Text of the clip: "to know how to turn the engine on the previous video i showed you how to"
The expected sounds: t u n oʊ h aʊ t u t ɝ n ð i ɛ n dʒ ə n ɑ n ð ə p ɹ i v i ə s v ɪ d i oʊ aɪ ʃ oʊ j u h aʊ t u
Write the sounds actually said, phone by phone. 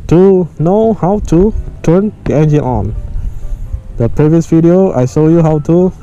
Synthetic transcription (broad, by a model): t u n oʊ h aʊ t u t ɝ n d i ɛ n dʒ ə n ɑ n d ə p ɹ i v i ə s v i d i oʊ aɪ s oʊ j u h aʊ t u